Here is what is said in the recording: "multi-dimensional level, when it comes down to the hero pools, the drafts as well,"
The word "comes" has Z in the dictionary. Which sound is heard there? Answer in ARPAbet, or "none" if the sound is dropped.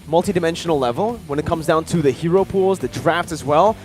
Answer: Z